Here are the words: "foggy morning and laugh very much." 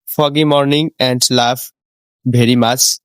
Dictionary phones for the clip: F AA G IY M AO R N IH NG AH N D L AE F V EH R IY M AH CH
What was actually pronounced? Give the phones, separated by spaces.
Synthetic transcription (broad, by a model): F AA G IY M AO R N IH NG AH N D L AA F B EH R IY M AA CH